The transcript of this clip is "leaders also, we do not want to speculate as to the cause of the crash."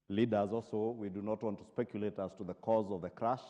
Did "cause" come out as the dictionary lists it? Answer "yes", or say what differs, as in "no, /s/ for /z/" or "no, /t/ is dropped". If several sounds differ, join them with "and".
yes